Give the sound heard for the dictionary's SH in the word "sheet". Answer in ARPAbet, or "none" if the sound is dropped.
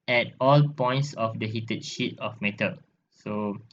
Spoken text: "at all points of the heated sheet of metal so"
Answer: SH